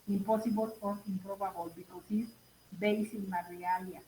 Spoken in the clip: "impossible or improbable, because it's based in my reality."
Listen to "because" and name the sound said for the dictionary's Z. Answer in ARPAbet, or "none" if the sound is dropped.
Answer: S